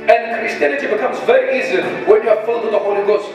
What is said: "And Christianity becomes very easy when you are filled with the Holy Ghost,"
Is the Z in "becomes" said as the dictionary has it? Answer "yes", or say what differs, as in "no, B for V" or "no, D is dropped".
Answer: yes